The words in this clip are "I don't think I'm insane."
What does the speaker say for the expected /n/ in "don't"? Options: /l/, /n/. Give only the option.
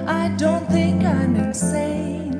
/n/